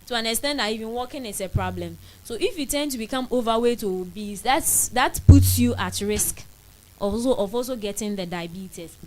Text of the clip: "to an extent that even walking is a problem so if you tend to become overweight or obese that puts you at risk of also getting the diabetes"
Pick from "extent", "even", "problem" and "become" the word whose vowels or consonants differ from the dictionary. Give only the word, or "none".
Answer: extent